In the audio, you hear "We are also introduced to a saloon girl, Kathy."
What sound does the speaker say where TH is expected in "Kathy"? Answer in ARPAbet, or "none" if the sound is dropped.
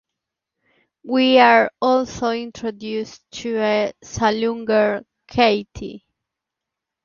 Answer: T